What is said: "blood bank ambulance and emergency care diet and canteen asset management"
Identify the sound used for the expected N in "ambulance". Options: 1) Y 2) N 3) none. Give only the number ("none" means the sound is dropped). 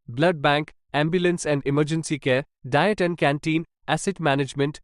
2